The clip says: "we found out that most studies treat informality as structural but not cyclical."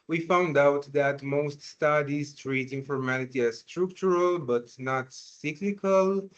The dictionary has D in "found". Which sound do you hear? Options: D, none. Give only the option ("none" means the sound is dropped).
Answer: D